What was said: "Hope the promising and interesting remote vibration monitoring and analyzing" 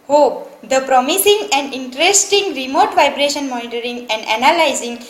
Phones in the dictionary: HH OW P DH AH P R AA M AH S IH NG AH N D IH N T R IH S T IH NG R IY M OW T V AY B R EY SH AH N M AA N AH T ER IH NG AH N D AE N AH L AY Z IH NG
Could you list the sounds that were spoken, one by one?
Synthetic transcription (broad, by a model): HH OW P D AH P R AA M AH S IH NG AH N D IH N T R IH S T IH NG R IY M OW T V AY B R EY SH AH N M AA N AH T ER IH NG AH N D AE N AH L AY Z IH NG